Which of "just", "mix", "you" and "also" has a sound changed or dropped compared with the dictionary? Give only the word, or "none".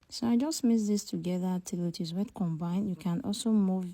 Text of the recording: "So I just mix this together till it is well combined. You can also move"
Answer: mix